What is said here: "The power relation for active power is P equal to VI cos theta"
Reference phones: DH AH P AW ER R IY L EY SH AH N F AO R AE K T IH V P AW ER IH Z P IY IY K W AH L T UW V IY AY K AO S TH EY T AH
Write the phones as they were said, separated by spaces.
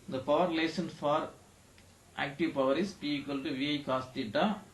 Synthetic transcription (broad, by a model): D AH P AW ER R L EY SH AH N F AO R AE K T IH V P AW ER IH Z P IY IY K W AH L T UW V IY AY K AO S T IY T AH